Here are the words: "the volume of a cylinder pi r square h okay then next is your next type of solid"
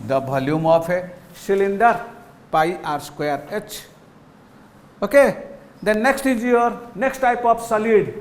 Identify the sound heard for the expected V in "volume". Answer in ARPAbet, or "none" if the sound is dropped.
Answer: B